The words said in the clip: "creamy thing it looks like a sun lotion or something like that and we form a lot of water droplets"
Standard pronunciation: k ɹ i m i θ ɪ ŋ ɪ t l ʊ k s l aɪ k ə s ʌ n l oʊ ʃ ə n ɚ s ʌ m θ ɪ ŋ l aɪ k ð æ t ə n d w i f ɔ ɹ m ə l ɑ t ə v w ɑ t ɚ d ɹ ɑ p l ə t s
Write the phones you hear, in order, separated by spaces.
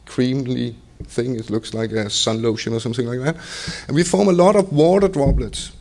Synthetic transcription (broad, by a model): k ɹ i m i θ ɪ ŋ ɪ t l ʊ k s l aɪ k ə s ʌ n l oʊ ʃ ə n ɚ s ʌ m θ ɪ ŋ l aɪ k ð æ t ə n w i f ɔ ɹ m ə l ɑ t ə v w ɑ t ɚ d ɹ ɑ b l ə t s